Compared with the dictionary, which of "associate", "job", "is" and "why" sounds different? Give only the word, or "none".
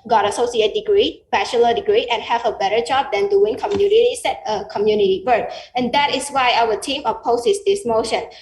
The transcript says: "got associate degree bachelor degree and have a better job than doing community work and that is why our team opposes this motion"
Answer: is